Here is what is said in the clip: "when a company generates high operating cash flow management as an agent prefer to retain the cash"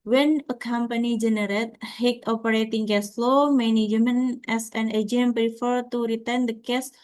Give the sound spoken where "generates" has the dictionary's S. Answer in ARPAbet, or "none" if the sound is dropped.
none